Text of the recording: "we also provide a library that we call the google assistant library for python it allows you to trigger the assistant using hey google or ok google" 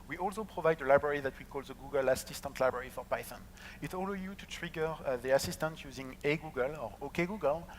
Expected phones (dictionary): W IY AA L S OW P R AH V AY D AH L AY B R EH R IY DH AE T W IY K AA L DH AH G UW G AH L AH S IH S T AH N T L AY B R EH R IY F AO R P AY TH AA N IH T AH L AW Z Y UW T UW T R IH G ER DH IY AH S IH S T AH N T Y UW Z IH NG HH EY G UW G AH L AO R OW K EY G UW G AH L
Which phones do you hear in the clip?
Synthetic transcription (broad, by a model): W IY AA L S OW P R AH V AY D AH L AY B R EH R IY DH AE T W IY K AA L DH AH G UW G AH L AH S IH S T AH N T L AY B R EH R IY F AO R P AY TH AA N IH T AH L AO Y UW T UW T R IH G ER DH IY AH S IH S T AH N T Y UW Z IH NG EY G UW G AH L AO R OW K EY G UW G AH L